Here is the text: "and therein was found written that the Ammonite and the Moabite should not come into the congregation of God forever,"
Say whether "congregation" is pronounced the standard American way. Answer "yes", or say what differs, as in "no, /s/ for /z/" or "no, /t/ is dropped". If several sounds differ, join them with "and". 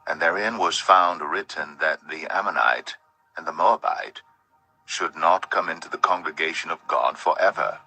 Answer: yes